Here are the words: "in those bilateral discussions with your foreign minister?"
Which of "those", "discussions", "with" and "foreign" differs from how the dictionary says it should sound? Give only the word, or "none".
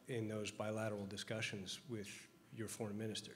none